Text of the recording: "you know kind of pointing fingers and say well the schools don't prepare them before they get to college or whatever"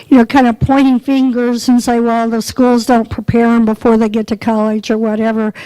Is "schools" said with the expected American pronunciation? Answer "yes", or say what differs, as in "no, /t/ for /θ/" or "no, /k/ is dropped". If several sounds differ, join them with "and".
yes